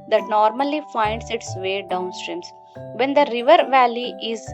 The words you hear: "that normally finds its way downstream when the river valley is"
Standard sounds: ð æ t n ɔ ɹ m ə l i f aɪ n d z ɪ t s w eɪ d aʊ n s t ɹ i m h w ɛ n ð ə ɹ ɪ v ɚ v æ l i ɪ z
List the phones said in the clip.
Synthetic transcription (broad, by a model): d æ t n ɔ ɹ m ə l i f aɪ n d s ɪ t s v eɪ d aʊ n s t ɹ i m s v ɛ n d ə ɹ ɪ v ɚ v æ l i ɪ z